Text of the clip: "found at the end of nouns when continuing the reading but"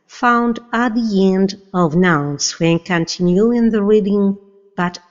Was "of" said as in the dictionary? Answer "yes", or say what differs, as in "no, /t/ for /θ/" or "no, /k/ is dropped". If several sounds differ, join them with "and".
yes